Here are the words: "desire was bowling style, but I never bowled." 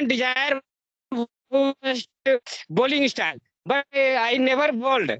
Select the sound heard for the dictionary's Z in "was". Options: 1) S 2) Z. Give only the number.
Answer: 1